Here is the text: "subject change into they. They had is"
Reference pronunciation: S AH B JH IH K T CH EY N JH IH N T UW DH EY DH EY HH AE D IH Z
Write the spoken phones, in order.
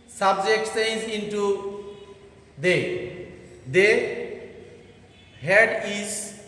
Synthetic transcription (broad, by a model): S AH B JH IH K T S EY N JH IH N T UW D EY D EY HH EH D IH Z